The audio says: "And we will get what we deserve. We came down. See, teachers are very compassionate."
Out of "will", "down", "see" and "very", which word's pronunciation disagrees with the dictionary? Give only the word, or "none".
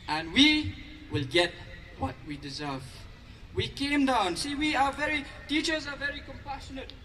none